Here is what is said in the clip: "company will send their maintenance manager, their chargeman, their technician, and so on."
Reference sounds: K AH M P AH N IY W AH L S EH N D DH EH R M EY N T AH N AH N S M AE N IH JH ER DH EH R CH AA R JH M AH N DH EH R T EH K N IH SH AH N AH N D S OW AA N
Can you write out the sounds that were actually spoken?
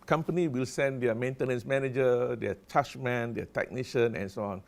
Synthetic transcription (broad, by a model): K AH M P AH N IY W AH L S EH N D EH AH M EY N T AH N AH N S M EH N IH JH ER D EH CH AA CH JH M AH N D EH T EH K N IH SH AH N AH N S OW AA N